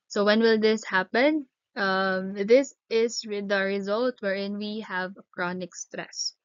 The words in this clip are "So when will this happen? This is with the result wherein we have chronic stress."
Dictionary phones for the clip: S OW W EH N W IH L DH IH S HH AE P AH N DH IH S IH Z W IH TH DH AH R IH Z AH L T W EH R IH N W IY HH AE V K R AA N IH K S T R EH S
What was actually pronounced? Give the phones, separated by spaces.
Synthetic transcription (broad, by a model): S OW W EH N W IH L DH IH S HH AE P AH N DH IH S IH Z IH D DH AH R IH Z AH L T W EH R IH N W IY HH AE V K R AA N IH K S T R EH S